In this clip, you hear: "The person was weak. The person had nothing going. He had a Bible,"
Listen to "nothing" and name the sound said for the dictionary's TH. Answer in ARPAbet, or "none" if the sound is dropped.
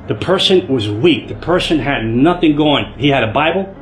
TH